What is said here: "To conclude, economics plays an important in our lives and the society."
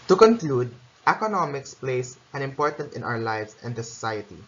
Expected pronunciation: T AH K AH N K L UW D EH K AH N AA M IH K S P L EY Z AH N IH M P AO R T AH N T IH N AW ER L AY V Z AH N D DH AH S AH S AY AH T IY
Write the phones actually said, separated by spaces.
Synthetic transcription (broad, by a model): T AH K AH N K L UW D EH K AH N AA M IH K S P L EY S AH N IH M P AO R T AH N T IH N AW ER L AY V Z AH N D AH S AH S AY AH T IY